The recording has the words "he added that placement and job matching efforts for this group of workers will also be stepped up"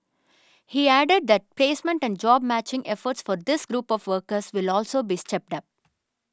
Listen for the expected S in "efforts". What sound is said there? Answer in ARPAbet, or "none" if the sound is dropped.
S